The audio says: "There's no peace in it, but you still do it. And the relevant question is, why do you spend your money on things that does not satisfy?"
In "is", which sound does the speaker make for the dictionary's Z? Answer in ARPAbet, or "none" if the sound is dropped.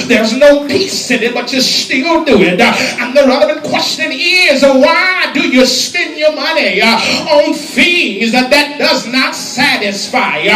Z